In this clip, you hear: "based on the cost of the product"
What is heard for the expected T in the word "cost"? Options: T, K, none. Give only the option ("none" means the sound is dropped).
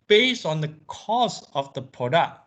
none